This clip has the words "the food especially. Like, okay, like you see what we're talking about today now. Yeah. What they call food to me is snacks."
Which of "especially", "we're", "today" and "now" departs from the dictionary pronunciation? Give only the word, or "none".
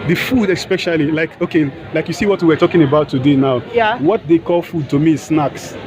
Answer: we're